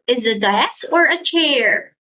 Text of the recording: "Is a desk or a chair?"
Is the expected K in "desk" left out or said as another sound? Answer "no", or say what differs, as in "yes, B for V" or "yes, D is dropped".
yes, K is dropped